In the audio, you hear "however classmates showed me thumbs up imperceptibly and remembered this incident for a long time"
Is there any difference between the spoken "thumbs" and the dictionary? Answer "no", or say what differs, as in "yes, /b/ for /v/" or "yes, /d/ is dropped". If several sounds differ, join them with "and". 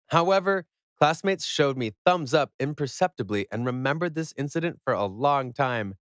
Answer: no